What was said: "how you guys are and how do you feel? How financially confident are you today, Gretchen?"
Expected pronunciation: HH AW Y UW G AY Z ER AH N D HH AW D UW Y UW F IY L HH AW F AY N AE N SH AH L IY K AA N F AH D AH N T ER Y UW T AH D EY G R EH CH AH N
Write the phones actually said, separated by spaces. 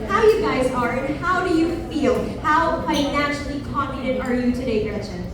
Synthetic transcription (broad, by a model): HH AW Y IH G AY Z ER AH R HH AW D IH Y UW F IY L HH AW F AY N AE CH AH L IY K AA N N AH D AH T ER Y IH T AH D EY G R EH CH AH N